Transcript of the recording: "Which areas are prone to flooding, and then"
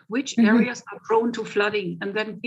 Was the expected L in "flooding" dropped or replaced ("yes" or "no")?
no